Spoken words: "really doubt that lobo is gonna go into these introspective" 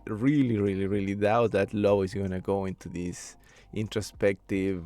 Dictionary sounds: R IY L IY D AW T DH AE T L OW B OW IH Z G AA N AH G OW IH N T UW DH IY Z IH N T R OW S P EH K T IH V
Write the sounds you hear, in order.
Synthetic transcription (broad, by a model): R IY L IY D AW T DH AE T L OW UH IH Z G AA N AH G OW IH N T UW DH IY S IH N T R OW S P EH K T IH V